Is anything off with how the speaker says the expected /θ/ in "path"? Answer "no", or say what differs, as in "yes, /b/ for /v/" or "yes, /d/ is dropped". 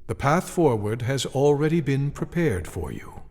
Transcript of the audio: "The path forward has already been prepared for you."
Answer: no